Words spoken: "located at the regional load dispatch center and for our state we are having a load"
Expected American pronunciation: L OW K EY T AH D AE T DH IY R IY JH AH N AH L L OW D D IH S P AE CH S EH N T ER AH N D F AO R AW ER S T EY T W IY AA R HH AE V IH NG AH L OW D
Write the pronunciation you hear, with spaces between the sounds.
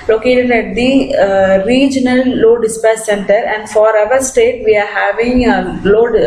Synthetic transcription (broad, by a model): L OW K EY T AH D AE T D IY R IY JH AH N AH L L OW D D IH S P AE S S EH N T ER AH N D F AO R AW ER S T EY T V IY AA R HH AE V IH NG L OW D